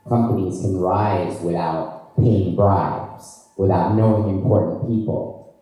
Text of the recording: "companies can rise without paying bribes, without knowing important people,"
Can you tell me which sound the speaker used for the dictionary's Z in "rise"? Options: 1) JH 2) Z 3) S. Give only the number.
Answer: 2